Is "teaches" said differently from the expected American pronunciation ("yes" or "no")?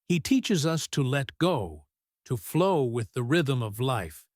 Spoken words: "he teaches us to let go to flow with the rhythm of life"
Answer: no